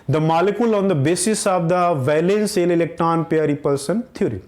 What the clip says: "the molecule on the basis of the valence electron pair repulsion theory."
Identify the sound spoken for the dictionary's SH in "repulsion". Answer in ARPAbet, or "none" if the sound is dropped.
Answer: S